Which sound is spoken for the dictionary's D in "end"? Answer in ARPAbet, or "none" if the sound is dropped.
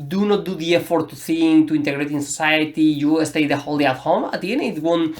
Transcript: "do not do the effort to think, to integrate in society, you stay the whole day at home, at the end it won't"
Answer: none